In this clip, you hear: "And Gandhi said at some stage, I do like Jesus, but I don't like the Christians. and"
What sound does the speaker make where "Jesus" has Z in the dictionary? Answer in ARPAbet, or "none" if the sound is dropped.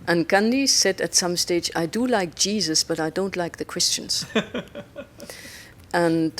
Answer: Z